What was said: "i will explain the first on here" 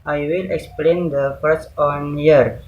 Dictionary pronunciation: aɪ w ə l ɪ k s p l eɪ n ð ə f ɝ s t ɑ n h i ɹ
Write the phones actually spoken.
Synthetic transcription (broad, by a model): aɪ w ə l ɪ k s p l eɪ n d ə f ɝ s ɑ n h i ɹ